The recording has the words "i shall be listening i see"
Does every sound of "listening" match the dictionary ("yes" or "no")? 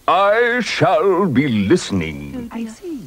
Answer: yes